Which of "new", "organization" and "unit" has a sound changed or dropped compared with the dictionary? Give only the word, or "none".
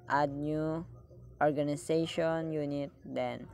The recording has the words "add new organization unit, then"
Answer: organization